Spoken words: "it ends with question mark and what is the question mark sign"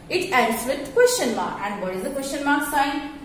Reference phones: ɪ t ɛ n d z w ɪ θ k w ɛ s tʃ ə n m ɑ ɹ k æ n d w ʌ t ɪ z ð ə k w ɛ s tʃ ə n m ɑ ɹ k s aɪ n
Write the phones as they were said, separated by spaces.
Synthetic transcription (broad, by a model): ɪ t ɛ d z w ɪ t k w ɛ s tʃ ə n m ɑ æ n d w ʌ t ɪ z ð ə k w ɛ s tʃ ə n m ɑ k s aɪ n